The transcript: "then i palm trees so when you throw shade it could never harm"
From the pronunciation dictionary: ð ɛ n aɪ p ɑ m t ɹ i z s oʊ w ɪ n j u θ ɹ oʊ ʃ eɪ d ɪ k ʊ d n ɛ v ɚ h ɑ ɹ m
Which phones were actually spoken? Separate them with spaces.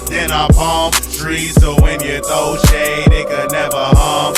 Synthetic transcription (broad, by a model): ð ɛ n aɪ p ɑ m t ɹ i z s oʊ w ɪ n j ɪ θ oʊ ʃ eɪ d ɪ k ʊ d n ɛ v ɚ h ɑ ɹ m